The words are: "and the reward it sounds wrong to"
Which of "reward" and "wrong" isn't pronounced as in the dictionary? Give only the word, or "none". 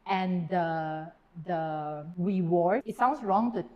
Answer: reward